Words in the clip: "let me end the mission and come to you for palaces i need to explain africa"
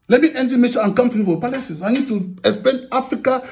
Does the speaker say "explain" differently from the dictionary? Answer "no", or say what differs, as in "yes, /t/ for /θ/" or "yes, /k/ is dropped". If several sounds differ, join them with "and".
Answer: yes, /l/ is dropped